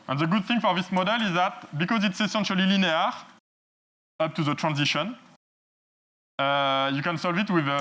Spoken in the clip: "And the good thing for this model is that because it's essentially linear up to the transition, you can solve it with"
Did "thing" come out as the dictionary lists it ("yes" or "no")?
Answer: yes